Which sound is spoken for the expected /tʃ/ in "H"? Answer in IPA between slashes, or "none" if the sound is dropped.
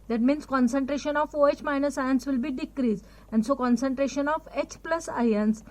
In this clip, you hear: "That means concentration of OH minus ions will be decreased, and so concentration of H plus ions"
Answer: /tʃ/